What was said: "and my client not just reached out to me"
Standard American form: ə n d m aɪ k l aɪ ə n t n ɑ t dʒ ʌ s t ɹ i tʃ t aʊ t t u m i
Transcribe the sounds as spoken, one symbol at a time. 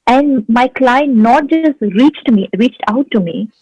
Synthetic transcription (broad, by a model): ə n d m aɪ k l aɪ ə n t n ɑ t dʒ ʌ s t ɹ i tʃ t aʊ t t u m i